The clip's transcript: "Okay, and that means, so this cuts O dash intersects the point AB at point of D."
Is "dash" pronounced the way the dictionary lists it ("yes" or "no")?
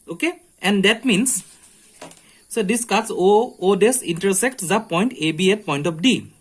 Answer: no